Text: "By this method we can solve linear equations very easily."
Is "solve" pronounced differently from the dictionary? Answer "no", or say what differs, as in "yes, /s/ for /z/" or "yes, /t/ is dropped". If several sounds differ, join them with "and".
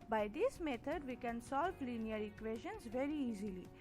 yes, /p/ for /v/